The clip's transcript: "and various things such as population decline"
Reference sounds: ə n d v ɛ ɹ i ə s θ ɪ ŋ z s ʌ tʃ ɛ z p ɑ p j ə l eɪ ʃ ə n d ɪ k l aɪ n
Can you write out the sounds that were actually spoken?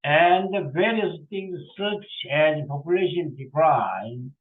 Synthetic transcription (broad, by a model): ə n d v ɛ ɹ i ə s t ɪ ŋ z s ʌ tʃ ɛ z p ɑ p j ə l eɪ ʃ ə n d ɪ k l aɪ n